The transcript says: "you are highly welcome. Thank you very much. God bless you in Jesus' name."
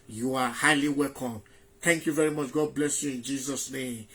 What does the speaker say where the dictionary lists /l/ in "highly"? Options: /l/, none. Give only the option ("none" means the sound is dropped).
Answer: /l/